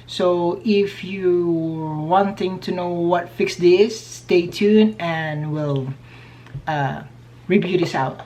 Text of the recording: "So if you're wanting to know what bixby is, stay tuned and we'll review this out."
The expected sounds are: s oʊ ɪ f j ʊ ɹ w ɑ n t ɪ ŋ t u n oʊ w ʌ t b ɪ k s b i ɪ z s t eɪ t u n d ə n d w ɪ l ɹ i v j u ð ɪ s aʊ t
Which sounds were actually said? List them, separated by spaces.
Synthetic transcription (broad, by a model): s oʊ ɪ f j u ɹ w ɑ n t ɪ ŋ t u n oʊ w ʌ t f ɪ k s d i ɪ s t eɪ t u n ə n w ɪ l ɹ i b j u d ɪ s aʊ t